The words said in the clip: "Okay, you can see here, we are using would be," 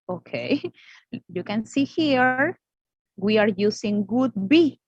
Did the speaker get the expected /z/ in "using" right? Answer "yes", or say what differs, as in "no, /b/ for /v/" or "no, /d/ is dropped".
no, /s/ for /z/